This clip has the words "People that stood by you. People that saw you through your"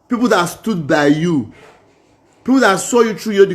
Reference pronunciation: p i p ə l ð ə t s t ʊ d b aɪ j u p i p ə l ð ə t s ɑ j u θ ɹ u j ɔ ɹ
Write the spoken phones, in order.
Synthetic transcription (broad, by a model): p i p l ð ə t s t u d b aɪ j u p i p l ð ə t s ɑ j u t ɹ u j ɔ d